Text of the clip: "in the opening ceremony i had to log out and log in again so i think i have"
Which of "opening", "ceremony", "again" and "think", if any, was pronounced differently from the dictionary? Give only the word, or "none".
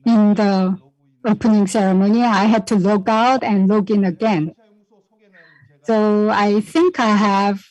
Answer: none